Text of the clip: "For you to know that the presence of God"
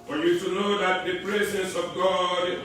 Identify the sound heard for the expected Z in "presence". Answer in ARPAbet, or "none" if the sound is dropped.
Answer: S